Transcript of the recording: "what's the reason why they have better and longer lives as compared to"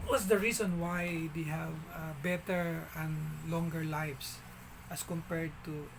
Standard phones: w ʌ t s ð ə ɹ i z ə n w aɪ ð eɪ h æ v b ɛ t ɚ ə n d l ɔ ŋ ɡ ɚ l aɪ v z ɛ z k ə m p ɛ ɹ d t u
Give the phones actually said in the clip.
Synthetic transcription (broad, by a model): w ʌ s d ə ɹ i s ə n w aɪ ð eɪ h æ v b ɛ t ɚ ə n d l ɔ ŋ ɡ ɚ l aɪ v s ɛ s k ə m p ɛ ɹ d t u